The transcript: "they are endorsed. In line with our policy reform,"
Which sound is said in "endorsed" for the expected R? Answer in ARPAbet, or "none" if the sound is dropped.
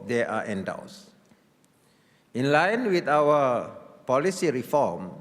W